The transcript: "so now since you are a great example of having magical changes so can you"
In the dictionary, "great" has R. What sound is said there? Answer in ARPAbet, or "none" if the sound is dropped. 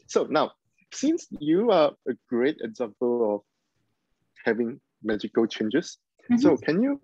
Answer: R